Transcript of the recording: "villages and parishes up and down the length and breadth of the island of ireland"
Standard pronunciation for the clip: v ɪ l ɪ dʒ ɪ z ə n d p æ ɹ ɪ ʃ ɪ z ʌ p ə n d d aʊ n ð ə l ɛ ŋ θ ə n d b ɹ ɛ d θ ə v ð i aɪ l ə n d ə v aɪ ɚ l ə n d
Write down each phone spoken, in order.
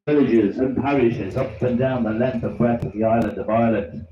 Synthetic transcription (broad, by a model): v ɪ l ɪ dʒ ɪ z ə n p æ ɹ ɪ ʃ ɪ z ʌ p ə n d d aʊ n ð ə l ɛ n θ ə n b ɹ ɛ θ ə v ð i aɪ l ə n d ə v aɪ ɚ l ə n